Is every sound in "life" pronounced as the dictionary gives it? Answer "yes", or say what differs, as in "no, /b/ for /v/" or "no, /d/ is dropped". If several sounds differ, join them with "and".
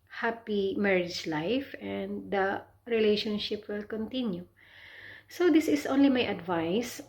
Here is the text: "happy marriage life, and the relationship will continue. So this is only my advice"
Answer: yes